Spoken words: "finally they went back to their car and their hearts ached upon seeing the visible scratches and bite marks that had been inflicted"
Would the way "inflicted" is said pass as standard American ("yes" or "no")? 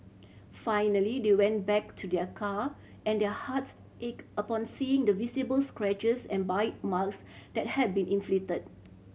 no